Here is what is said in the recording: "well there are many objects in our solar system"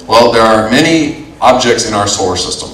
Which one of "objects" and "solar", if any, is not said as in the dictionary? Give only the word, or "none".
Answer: solar